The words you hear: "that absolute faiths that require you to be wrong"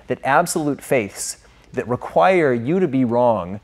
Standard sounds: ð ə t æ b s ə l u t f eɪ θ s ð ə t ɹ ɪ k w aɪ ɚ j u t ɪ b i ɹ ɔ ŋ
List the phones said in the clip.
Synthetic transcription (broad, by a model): ð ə t æ b s ə l u t f eɪ θ s ð ə t ɹ ɪ k w aɪ ɚ j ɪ t ɪ b i ɹ ɔ ŋ